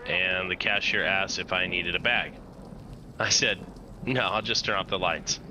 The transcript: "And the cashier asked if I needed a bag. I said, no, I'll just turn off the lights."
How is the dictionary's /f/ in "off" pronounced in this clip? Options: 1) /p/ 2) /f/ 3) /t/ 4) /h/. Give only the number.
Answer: 1